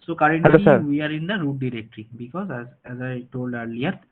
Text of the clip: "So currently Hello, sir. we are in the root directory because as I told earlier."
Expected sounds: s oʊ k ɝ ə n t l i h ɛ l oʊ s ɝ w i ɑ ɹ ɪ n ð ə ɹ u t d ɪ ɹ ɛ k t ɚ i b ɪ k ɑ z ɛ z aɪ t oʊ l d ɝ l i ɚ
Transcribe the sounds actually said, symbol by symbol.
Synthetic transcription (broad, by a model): s oʊ k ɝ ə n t i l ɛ i s ɝ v i ɑ ɹ ɪ n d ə ɹ u t d ɪ ɹ ɛ k t ɚ i b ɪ k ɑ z ɛ z aɪ t oʊ l d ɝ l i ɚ